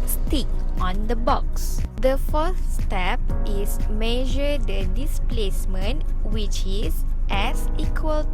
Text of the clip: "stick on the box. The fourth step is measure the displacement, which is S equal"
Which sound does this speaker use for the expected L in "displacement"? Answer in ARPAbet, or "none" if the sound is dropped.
L